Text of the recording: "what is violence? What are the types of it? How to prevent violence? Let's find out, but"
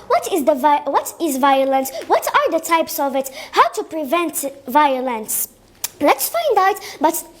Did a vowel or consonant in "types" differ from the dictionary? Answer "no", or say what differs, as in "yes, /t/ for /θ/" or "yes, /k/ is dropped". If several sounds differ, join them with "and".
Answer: no